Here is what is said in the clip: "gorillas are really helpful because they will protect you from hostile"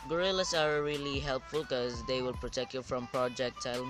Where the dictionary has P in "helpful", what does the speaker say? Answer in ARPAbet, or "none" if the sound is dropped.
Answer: P